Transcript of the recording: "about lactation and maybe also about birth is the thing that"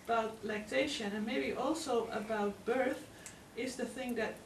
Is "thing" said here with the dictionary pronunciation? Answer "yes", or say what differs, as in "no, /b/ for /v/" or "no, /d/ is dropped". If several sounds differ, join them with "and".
yes